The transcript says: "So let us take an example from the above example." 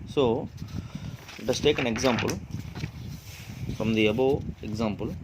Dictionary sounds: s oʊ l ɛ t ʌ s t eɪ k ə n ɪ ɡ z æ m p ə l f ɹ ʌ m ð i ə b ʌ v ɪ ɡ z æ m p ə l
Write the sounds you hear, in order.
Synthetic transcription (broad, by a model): s oʊ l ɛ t ʌ s t eɪ k ə n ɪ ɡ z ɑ m p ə l f ɹ ʌ m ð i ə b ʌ ɪ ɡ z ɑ m p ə l